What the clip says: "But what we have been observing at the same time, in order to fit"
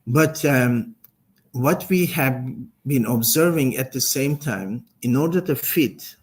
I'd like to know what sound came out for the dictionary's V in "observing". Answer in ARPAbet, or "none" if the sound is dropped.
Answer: V